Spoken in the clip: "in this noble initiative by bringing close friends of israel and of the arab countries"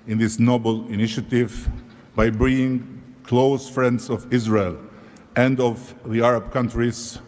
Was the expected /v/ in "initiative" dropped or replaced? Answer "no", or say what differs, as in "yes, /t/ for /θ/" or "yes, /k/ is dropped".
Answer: no